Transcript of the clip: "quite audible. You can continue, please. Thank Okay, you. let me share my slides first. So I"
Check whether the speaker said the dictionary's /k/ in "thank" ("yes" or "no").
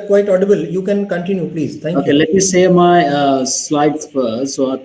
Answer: no